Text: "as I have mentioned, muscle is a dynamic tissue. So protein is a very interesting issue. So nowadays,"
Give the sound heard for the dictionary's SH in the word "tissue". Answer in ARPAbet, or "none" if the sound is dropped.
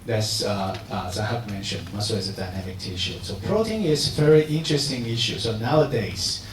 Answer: SH